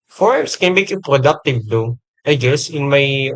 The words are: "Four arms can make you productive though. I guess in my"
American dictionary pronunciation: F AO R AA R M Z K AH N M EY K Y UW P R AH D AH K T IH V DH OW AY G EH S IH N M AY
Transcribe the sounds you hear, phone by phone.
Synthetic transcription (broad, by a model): F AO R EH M S K AH N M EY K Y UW P R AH D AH K T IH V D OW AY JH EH S IH N M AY